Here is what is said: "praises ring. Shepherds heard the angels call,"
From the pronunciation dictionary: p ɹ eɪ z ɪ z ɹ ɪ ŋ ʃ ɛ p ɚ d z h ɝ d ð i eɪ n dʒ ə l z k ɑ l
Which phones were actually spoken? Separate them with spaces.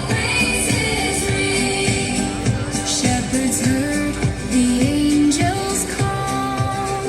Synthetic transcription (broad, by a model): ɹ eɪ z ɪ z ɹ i ʃ ɛ p ɚ d z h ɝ ð i eɪ n dʒ ə l z k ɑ l